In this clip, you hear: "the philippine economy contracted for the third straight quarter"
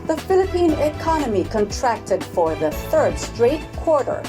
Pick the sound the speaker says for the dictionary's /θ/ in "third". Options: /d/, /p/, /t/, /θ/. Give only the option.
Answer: /θ/